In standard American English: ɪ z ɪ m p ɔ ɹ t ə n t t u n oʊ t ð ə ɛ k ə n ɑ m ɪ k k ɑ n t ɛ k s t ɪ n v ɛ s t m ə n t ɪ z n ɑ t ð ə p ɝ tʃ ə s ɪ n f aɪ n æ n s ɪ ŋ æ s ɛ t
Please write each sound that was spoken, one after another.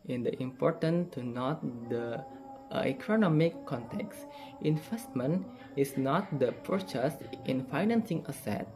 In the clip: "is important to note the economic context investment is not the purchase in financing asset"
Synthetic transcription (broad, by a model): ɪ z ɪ m p ɔ ɹ t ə n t t u n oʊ t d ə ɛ k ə n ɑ m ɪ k k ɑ n t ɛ k s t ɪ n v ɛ s t m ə n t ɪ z n ɑ t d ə p ɝ tʃ ə s ɪ n f aɪ n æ n s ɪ ŋ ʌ s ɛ t